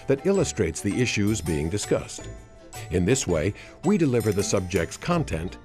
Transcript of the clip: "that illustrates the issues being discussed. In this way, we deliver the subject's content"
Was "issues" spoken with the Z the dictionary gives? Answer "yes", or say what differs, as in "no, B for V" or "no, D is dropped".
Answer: yes